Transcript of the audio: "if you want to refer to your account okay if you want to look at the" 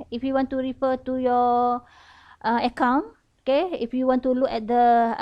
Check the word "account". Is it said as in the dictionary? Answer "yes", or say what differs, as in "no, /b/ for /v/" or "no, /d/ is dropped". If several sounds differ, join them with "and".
no, /t/ is dropped